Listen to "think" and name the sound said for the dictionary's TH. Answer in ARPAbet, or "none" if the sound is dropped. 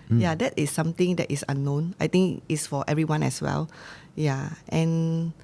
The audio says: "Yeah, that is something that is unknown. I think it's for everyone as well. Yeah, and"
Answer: T